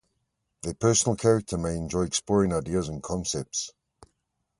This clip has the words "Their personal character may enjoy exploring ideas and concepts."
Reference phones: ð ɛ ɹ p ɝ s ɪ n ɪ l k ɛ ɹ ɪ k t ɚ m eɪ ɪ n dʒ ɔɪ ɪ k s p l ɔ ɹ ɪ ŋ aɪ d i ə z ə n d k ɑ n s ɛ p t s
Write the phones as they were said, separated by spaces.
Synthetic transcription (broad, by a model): ð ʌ p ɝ s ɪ n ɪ l k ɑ ɹ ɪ k t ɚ m eɪ ɪ n dʒ ɔɪ ɪ k s p l ɔ ɹ ɪ ŋ aɪ d i ə z ə n k ɑ n s ɛ p t s